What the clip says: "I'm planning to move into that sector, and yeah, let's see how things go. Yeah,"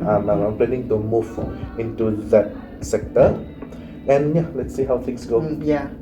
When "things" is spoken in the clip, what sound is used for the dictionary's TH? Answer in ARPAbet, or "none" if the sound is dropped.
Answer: T